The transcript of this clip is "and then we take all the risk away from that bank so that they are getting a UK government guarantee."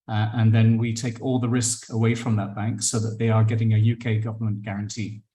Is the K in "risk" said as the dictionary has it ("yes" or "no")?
yes